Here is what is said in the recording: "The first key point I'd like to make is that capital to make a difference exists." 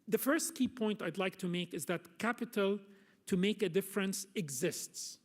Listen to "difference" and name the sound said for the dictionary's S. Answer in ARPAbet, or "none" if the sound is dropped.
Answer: S